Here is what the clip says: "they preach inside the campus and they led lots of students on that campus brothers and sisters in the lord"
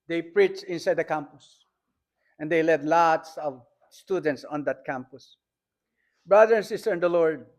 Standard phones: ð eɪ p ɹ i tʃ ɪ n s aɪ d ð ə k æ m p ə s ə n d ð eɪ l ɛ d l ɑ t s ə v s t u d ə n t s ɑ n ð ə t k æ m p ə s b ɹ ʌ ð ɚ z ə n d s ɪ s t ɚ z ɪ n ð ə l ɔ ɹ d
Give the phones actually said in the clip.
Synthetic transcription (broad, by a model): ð eɪ p ɹ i tʃ ɪ n s aɪ d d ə k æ m p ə s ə n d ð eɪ l ɛ d l ɑ t s ə v s t u d ə n t s ɑ n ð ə t k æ m p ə s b ɹ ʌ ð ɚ ə n s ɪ s t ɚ ɪ n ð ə l ɔ ɹ d